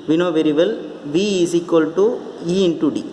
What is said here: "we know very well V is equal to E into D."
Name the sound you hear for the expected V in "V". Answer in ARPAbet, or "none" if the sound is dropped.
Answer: V